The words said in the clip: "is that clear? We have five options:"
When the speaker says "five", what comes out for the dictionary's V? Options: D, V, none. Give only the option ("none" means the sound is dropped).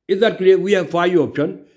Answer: none